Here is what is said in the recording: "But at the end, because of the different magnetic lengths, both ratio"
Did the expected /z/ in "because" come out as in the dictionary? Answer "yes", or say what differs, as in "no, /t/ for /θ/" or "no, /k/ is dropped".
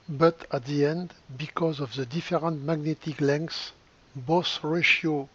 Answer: yes